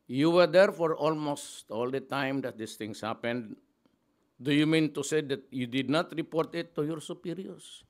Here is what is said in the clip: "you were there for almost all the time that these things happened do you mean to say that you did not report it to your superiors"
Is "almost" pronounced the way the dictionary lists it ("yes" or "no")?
yes